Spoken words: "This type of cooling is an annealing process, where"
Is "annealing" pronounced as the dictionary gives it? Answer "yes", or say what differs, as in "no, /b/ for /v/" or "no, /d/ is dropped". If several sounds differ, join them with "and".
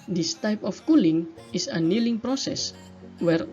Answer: yes